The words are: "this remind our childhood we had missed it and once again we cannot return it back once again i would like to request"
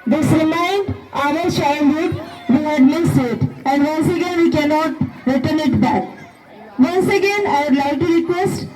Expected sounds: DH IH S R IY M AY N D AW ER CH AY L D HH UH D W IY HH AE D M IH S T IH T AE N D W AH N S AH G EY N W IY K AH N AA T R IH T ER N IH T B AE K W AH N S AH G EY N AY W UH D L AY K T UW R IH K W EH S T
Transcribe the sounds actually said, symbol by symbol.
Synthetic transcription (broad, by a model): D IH S R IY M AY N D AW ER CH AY N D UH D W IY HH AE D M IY S IH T AE N D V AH N S AH G EY N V IY K AH N AA T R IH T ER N IH T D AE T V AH N S AH G EY N AY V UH D L AY K T UW R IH K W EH S T